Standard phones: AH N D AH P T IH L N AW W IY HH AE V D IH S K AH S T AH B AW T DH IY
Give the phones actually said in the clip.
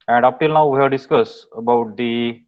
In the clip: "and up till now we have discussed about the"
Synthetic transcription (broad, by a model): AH N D AH P T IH L N AW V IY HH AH D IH S K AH S AH B AW T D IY